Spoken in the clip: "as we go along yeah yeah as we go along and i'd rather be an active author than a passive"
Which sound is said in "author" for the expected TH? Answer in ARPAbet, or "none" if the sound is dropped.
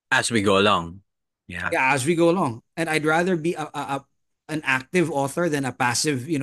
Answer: TH